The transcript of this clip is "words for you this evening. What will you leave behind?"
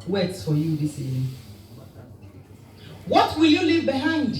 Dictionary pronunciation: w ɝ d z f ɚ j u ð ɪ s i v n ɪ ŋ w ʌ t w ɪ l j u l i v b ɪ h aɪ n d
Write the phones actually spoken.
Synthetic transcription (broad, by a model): w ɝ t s f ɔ j u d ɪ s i n w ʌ t w ɪ l j u l i v b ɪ h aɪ n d